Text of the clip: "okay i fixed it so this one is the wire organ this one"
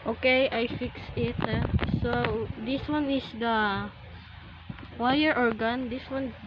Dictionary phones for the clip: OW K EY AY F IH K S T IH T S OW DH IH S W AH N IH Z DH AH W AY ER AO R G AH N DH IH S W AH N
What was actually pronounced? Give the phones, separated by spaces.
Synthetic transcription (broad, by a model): OW K EY AY F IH K S IH T S OW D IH S W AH N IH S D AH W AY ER AO R G AH N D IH S W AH N